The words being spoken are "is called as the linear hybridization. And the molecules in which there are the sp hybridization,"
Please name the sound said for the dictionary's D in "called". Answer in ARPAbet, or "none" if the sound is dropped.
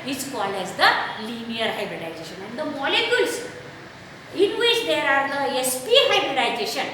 none